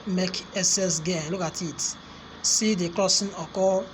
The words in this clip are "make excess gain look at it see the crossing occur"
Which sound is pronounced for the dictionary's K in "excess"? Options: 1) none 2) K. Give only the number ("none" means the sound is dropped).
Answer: 1